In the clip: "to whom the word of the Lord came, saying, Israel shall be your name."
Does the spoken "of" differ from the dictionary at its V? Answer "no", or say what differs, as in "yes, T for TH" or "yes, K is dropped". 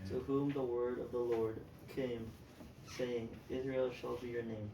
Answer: no